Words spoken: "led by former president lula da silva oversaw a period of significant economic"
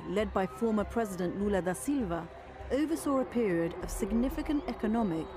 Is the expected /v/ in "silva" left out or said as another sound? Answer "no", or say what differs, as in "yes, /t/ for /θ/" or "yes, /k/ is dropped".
no